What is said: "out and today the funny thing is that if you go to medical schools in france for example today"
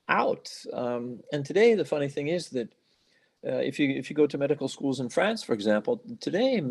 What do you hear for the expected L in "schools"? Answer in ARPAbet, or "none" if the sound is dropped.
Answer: L